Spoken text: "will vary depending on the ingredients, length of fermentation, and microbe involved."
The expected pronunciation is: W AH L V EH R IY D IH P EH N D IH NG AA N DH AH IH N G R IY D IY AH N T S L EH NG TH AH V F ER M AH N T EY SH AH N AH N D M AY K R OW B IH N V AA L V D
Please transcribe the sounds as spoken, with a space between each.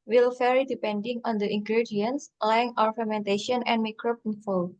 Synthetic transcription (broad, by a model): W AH L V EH R IY D IH P EH N D IH NG AA N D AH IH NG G R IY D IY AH N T S L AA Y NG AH W F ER M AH N T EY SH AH N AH N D M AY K R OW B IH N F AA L